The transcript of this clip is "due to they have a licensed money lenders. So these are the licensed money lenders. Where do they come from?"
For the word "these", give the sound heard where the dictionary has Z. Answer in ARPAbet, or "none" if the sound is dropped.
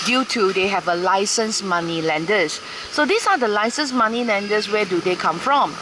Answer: S